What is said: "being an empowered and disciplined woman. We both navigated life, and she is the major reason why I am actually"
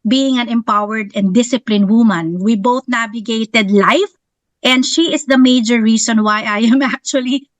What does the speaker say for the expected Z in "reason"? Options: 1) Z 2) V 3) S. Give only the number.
3